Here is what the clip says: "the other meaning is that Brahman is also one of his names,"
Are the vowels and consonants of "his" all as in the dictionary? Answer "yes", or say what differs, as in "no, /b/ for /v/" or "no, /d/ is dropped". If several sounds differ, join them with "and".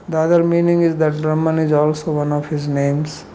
yes